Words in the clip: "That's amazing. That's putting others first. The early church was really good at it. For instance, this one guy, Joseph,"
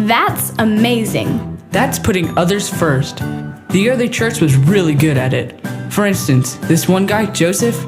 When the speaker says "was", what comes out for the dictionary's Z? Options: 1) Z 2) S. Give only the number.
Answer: 1